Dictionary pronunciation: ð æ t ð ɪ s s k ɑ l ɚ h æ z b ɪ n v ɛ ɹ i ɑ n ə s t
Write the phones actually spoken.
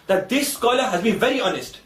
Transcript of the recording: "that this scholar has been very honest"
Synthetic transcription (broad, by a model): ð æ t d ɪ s s k ɑ l ɚ h æ z b ɪ n v ɛ ɹ i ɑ n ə s t